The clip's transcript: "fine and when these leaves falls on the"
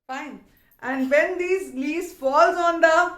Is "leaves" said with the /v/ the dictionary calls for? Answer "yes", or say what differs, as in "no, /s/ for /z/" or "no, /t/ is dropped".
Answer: no, /v/ is dropped